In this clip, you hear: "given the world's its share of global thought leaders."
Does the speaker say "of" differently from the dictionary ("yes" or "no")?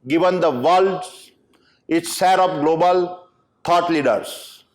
yes